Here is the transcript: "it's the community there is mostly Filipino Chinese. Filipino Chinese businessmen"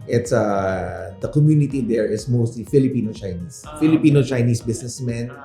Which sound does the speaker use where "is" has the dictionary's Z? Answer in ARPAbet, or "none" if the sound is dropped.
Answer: S